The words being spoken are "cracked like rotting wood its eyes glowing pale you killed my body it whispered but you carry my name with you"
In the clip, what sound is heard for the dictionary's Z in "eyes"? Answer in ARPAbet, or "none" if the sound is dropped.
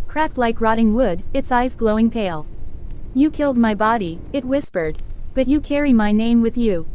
Z